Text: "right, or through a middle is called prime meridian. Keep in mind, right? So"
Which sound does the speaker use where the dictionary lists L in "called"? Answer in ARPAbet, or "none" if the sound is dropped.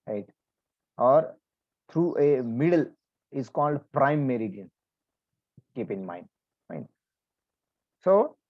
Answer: L